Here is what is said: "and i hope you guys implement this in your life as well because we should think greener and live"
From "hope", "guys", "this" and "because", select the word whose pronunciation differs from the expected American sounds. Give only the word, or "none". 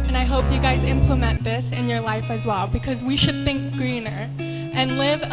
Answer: none